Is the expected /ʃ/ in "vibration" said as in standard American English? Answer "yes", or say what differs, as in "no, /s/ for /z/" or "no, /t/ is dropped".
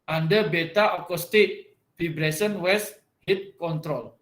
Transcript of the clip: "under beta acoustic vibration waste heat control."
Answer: no, /s/ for /ʃ/